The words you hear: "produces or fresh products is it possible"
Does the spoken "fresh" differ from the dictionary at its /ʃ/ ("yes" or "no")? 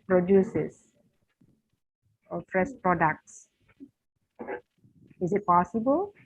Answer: yes